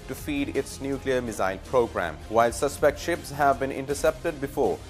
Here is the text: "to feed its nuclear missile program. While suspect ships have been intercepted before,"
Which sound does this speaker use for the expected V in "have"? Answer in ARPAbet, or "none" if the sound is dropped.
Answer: V